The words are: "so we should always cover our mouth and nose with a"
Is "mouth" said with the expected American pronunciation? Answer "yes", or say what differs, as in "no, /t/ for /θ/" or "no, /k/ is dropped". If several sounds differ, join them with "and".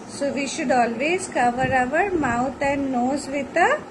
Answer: no, /t/ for /θ/